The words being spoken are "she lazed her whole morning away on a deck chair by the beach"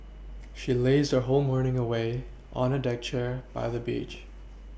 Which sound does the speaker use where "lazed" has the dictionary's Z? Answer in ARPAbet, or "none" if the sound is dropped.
Z